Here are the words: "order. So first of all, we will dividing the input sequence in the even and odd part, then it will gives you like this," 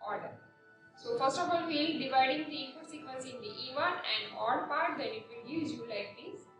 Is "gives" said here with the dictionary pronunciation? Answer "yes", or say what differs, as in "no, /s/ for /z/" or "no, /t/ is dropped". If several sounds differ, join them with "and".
no, /v/ is dropped